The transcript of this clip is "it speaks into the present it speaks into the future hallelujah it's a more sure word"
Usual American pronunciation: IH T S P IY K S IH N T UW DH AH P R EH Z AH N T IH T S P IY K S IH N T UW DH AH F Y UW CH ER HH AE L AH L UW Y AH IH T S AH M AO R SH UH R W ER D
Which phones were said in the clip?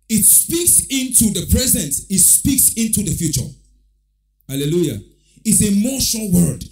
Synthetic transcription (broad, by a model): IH T S P IY K S IH N T UW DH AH P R EH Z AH N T IH T S P IY K S IH N T UW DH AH F Y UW CH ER HH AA L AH L UW Y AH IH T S AH M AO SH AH L W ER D